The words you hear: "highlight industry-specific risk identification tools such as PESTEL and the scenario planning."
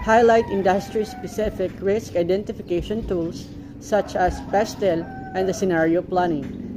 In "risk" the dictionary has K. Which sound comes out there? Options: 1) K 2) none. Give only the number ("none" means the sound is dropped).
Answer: 1